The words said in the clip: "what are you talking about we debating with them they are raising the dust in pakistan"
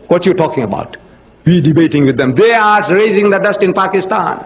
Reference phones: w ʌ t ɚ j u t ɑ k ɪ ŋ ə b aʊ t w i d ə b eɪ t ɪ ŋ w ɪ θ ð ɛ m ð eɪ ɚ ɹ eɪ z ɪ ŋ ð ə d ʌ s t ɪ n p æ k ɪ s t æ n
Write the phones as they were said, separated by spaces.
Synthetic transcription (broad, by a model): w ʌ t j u t ɑ k ɪ ŋ ə b aʊ t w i d ə b eɪ t ɪ ŋ w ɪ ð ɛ m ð eɪ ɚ ɹ eɪ z ɪ ŋ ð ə d ʌ s t ɪ n p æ k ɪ s t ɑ n